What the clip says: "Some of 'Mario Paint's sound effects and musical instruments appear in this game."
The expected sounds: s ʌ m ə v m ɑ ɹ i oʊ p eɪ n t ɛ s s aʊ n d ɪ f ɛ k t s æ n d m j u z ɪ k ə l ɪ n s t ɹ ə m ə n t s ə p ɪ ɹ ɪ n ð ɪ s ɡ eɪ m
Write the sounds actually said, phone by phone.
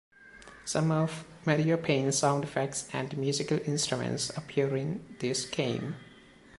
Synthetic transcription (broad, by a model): s ʌ m ə v m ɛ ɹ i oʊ p eɪ n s s aʊ n d f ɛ k t s æ n d m j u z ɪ k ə l ɪ n s t ɹ ə m ə n t s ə p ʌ ɹ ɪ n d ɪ s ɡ eɪ m